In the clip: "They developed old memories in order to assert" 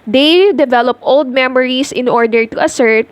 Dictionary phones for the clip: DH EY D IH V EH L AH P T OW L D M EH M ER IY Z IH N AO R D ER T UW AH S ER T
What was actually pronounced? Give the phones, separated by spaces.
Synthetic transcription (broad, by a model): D EY D IH V EH L AH P T OW L D M EH M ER IY S IH N AO R D ER T UW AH S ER T